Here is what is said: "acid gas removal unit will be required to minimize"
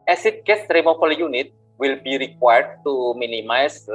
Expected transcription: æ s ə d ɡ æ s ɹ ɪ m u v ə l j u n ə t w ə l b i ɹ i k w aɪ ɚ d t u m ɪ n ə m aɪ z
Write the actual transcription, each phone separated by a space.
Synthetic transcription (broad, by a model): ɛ s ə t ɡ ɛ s ɹ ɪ m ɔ f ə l j u n ə t w ə l b i ɹ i k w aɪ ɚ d t u m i n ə m aɪ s